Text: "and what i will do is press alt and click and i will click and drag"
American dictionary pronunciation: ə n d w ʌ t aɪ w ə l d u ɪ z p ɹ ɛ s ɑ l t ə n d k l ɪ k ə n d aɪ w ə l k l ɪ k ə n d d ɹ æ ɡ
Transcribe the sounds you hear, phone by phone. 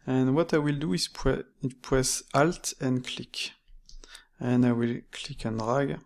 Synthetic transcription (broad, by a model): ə n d w ʌ t aɪ w ə l d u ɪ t p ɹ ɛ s ɑ l t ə n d k l ɪ k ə n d aɪ w ə l k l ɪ k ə n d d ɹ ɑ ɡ